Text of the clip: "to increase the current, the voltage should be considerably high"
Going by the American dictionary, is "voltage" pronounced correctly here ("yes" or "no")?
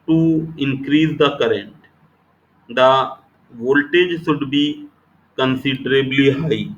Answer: yes